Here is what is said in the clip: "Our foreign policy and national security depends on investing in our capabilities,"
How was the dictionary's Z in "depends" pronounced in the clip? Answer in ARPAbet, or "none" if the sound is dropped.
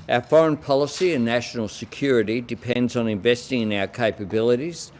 Z